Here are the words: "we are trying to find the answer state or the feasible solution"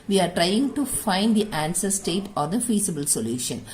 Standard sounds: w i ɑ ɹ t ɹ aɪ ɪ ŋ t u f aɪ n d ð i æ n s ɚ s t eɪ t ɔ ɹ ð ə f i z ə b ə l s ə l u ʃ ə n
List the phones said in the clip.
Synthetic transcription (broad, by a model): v i ɑ ɹ t ɹ aɪ ɪ ŋ t u f aɪ n d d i æ n s ɚ s t eɪ t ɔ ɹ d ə f i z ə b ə l s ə l u ʃ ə n